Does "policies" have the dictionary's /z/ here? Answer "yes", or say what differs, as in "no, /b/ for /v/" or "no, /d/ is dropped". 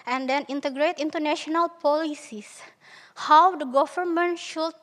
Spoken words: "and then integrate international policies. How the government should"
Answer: no, /s/ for /z/